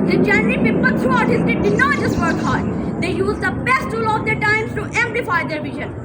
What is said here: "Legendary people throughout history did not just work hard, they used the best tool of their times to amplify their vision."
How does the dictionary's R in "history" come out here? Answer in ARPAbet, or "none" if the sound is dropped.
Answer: none